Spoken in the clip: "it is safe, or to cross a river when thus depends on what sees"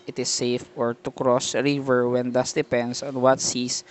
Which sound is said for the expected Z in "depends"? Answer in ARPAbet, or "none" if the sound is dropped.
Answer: S